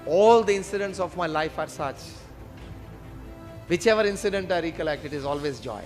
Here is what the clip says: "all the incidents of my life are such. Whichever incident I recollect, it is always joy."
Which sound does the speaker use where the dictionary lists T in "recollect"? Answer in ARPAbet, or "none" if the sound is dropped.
T